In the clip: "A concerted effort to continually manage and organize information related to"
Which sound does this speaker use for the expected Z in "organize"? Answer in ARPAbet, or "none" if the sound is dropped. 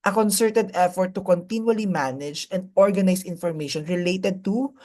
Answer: S